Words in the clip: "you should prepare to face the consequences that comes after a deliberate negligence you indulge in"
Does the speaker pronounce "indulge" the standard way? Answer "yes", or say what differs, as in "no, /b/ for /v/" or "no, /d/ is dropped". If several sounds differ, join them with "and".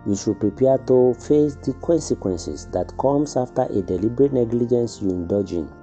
no, /l/ is dropped